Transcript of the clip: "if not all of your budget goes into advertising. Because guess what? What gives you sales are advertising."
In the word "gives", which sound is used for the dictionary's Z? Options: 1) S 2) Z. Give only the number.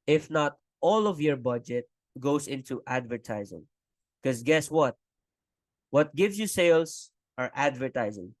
1